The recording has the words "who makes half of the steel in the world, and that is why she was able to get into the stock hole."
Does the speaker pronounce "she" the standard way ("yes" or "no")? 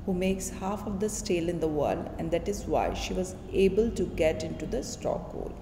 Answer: yes